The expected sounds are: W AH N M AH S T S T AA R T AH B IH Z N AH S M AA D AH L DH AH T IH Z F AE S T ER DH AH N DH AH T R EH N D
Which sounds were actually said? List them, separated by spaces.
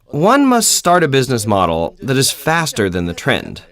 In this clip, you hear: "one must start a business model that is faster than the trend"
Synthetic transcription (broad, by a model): W AH N M AH S T S T AA R T AH B IH Z N AH S M AA D L DH AH T IH Z F AE S T ER DH AH N DH AH T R EH N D